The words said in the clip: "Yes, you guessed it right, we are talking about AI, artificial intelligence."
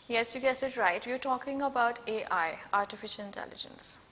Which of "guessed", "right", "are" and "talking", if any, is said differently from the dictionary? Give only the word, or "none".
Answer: guessed